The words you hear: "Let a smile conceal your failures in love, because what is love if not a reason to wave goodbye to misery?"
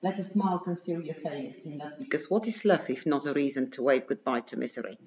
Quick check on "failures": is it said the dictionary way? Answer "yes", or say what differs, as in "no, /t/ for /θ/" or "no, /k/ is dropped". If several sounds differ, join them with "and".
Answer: no, /s/ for /z/